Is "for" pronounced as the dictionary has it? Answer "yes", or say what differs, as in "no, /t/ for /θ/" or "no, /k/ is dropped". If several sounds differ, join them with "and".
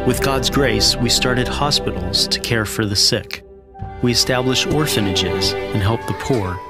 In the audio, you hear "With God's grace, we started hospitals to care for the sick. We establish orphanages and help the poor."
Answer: yes